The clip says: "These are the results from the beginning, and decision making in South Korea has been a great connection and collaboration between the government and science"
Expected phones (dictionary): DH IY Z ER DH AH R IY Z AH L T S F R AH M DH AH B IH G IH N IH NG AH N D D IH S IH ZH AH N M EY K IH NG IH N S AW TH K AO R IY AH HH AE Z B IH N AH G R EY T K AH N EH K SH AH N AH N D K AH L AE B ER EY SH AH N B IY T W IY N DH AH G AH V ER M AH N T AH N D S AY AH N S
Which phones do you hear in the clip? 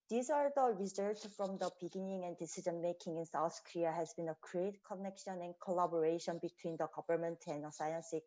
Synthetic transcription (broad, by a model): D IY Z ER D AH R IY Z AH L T F R AH M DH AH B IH G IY N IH NG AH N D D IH S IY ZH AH N M EY K IH NG IH N S AW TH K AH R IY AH HH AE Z B IH N AH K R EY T K AH N EH K SH AH N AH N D K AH L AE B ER EY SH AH N B IY T W IY N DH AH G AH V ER M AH N T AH N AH S AY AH N S